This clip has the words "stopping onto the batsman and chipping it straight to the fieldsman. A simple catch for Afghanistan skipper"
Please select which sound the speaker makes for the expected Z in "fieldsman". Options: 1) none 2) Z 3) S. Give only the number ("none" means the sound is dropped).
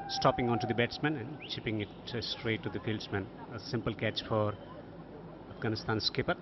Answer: 3